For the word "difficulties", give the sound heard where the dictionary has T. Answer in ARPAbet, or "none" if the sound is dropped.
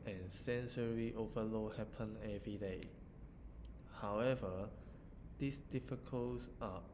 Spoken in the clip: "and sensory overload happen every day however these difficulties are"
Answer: S